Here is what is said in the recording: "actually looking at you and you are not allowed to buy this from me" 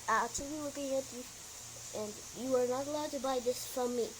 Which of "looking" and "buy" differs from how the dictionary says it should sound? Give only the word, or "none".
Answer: none